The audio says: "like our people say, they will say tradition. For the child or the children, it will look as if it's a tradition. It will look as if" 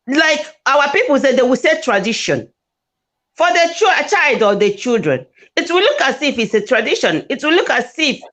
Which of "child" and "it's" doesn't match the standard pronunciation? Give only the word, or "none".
none